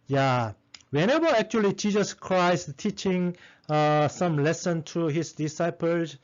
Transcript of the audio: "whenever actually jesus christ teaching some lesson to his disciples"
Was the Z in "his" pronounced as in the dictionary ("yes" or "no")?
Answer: no